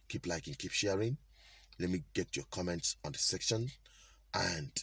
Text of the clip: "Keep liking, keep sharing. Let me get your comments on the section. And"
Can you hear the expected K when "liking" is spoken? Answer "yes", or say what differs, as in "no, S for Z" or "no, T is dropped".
yes